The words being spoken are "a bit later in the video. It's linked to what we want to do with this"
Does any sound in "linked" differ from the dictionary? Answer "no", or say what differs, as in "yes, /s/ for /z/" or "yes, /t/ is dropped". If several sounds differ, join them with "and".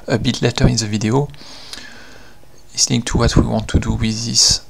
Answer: yes, /n/ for /l/